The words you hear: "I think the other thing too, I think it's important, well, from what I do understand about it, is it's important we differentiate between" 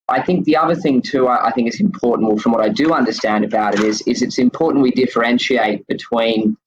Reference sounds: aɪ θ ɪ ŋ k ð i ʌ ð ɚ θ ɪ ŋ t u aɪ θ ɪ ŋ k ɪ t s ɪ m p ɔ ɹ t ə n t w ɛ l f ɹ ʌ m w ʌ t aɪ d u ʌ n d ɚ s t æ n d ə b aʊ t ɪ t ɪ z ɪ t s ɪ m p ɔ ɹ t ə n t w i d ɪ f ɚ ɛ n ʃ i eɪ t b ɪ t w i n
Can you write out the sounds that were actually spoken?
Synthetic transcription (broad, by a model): aɪ θ ɪ ŋ k ð i ʌ ð ɚ θ ɪ ŋ t u aɪ θ ɪ ŋ k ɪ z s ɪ m p ɔ ɹ t n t w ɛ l f ɹ ʌ m w ʌ t aɪ d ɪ ʌ n d ɚ s t æ n d ə b aʊ t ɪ t ɪ z ɪ t s ɪ m p ɔ ɹ t n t w i d ɪ f ɚ ɛ n ʃ i eɪ t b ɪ t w i n